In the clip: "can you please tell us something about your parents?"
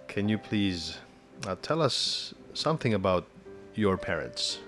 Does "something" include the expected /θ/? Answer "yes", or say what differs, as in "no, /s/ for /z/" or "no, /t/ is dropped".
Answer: yes